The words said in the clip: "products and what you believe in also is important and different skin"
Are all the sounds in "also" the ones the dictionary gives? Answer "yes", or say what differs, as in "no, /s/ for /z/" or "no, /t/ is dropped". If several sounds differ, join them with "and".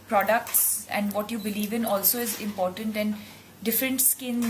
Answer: yes